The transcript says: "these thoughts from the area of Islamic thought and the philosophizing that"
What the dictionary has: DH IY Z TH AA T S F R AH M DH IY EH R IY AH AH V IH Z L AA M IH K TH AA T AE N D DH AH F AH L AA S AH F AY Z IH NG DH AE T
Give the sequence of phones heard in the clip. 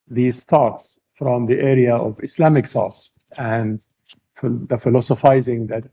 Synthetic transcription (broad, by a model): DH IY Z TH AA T S F R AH M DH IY EH R IY AH AH V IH S L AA M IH K S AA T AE N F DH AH F AH L AA S AH F AY Z IH NG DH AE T